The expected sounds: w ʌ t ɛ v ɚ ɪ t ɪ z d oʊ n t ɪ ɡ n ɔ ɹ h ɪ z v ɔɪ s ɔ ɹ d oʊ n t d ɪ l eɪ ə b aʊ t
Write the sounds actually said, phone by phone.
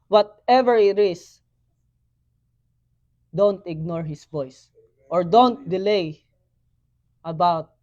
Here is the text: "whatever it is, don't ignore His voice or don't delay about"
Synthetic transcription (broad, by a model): w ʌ t ɛ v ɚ ɪ t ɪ s d oʊ n t ɪ ɡ n ɔ ɹ h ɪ s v ɔɪ s ɔ ɹ d oʊ n t d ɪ l eɪ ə b aʊ t